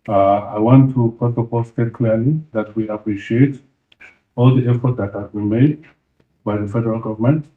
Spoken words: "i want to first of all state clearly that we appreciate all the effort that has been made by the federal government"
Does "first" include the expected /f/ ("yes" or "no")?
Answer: no